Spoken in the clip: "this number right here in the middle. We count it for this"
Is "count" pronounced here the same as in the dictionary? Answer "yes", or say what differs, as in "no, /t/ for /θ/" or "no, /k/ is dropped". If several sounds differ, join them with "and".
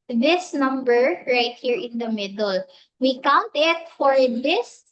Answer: yes